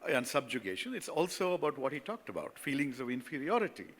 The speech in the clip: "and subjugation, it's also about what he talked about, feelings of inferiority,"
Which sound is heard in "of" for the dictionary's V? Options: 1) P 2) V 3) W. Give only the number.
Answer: 2